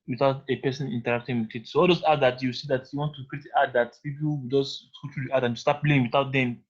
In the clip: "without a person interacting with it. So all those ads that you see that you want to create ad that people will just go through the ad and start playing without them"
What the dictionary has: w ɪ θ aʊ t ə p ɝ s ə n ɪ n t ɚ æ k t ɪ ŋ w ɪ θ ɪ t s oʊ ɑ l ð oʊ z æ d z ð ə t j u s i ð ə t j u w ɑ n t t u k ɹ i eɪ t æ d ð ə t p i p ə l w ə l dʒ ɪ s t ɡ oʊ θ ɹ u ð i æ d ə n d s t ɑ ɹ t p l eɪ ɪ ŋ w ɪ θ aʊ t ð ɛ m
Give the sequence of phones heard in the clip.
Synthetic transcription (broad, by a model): w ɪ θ aʊ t ə p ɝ s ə n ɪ n t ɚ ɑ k t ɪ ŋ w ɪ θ ɪ t s oʊ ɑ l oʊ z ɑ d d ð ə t j u s i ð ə t j u w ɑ n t t u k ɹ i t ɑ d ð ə t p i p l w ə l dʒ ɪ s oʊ t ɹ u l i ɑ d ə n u s t ɑ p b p l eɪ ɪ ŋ w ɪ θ aʊ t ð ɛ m